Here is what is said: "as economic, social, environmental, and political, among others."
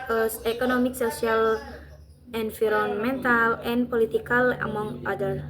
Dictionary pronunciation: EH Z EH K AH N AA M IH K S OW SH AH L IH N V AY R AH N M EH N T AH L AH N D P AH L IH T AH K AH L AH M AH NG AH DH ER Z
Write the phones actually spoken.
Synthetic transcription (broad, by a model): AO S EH K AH N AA M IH K S OW S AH L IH N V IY R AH N M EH N T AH L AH N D P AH L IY T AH K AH L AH M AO NG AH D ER